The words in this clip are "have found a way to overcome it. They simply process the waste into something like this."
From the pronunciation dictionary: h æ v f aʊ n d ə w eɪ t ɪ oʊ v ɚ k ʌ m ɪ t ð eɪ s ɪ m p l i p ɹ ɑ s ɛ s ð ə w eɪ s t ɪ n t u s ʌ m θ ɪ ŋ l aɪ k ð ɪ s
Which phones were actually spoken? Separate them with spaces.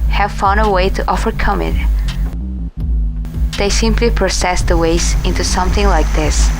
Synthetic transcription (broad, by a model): h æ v f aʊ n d ə w eɪ t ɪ oʊ v ɚ k ʌ m ɪ t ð eɪ s ɪ m p l i p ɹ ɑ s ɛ s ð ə w eɪ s ɪ n t u s ʌ m θ ɪ ŋ l aɪ k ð ɪ s